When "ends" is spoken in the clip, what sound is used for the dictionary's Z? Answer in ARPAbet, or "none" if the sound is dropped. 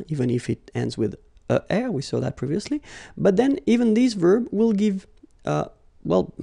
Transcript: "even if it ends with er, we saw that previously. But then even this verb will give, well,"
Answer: Z